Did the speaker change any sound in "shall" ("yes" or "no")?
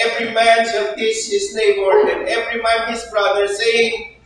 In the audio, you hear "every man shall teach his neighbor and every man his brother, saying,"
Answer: yes